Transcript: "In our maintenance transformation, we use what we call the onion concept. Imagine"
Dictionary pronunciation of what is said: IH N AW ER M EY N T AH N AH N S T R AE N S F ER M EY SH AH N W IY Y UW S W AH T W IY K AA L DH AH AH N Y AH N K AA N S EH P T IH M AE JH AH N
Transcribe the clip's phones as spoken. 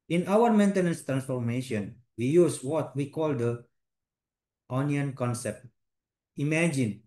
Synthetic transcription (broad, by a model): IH N AW ER M EY N T AH N AH N S T R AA N S F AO M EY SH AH N W IY Y UW S W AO T W IY K AA L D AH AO N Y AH N K AA N S EH P T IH M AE JH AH N